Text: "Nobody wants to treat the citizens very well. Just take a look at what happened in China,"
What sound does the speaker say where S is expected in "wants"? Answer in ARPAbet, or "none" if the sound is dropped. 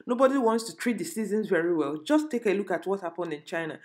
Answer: S